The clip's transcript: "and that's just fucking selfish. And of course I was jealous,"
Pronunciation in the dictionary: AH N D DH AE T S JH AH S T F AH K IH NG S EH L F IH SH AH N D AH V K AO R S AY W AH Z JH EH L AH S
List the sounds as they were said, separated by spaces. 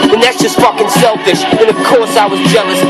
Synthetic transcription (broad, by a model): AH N DH AE T S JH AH S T F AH K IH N S EH L F IH SH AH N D AH V K AO R S AY W AH Z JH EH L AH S